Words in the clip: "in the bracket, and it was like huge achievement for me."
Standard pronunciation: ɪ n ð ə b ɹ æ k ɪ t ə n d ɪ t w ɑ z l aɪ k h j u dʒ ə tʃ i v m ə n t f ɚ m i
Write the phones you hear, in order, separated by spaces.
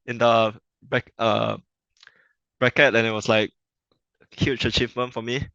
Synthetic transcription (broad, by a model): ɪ n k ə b ɹ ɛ k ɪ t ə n ɪ t w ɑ s l aɪ k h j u tʃ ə tʃ i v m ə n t f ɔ m i